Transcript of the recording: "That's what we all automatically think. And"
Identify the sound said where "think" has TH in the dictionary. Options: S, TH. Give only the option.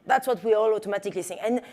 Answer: S